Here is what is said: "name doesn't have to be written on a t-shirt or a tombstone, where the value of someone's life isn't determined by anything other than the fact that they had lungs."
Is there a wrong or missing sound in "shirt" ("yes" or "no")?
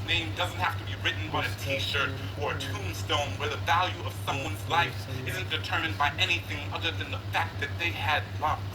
no